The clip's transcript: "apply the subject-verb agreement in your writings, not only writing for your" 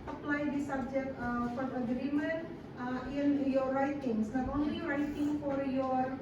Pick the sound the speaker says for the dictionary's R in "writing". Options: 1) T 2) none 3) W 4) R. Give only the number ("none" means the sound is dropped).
4